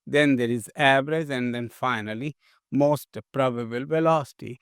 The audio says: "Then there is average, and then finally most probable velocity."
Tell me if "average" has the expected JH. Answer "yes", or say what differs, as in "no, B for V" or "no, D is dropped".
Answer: no, Z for JH